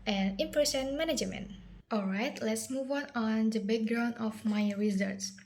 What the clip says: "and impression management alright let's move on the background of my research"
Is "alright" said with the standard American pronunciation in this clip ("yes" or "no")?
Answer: yes